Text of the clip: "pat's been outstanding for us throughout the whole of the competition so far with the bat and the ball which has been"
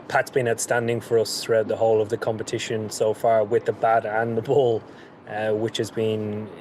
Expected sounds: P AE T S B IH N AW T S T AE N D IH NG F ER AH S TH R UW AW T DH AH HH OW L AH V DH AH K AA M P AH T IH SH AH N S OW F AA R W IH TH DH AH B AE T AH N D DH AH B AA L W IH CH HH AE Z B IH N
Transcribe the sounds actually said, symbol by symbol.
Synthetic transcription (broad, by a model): P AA T S B IH N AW T S T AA N D IH NG F ER AH S TH R UW AW T DH AH HH OW L AH V DH AH K AA M P AH T IH SH AH N S OW F AA R W IH DH AH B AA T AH N DH AH B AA L W IH CH HH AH Z B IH N